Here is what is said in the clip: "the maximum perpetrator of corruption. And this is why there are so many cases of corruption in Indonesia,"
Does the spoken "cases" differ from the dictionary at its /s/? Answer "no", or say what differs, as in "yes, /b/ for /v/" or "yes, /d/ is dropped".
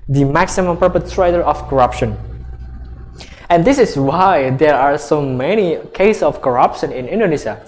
yes, /s/ is dropped